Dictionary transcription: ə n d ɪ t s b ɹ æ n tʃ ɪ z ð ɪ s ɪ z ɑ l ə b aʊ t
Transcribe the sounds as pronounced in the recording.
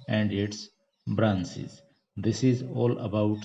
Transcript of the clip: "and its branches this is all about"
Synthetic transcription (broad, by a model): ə n d ɪ t s b ɹ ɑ n s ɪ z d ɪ s ɪ z ɑ l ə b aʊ t